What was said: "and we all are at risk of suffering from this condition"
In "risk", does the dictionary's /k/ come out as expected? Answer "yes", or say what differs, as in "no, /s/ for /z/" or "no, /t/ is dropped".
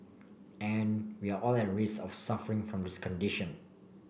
no, /k/ is dropped